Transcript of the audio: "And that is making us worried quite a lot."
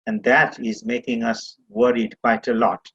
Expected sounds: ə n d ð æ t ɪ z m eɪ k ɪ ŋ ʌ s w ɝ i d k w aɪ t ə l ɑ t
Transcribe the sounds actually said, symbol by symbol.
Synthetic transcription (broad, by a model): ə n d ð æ t ɪ z m eɪ k ɪ ŋ ʌ s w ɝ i d k w aɪ t ə l ɑ t